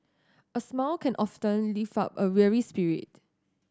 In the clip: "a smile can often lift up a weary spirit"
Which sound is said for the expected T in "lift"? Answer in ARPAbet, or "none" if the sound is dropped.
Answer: none